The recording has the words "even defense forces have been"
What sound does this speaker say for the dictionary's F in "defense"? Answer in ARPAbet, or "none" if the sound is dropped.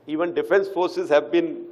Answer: F